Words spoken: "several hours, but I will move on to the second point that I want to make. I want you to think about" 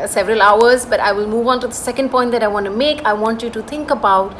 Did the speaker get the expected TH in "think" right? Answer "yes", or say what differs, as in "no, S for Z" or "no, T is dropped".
no, T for TH